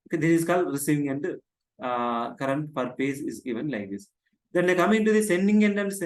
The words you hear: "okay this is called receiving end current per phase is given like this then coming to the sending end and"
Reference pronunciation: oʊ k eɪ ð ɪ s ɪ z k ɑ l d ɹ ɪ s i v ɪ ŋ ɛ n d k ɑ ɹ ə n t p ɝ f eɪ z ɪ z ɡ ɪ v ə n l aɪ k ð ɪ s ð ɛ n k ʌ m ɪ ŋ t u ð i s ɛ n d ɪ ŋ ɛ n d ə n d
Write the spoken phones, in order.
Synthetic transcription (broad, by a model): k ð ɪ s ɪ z k ɑ l d ɹ ɪ s i v ɪ ŋ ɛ n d k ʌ ɹ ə n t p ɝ p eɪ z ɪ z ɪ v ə n l aɪ k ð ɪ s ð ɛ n k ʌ m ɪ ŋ t u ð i s ɛ n d ɪ ŋ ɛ n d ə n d